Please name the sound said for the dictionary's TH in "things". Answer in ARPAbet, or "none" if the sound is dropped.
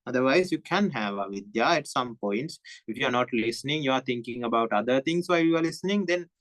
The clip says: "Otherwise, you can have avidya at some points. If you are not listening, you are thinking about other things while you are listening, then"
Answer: T